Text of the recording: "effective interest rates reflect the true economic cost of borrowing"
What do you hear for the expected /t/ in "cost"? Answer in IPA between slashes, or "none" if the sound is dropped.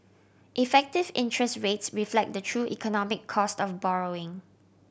/t/